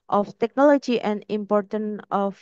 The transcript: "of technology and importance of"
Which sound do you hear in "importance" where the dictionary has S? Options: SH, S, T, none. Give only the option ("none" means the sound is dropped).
none